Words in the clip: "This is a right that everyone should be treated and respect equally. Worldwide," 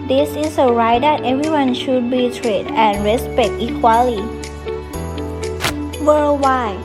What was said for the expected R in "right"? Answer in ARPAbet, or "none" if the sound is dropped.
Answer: R